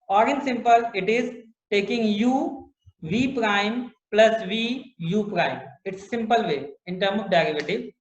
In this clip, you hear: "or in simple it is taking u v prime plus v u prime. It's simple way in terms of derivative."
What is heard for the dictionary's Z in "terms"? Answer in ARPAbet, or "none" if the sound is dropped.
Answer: none